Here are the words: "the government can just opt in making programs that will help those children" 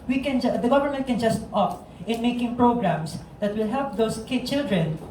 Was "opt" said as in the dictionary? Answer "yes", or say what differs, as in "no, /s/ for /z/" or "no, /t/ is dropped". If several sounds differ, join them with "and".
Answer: no, /t/ is dropped